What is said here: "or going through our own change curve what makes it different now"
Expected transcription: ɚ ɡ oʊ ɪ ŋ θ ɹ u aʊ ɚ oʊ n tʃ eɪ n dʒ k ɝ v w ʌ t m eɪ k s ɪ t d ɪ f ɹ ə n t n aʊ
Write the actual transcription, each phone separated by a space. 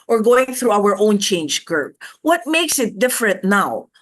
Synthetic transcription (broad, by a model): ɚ ɡ oʊ ɪ ŋ θ ɹ u aʊ ɚ oʊ n tʃ eɪ n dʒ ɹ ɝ b w ʌ t m eɪ k s ɪ t d ɪ f ɹ ə n t n aʊ